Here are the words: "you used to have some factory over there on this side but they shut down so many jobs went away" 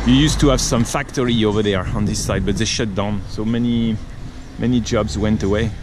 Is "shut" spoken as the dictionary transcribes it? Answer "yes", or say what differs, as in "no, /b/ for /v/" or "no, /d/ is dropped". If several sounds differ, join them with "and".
yes